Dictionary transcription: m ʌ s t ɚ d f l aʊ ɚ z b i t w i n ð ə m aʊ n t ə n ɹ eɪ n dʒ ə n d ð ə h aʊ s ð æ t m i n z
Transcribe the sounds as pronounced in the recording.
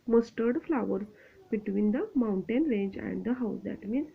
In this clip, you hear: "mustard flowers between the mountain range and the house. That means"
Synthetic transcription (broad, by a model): m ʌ s t ɚ d f l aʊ ɚ b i t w i n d ə m aʊ n t ə n ɹ eɪ n dʒ ə n d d ə h aʊ s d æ t m i n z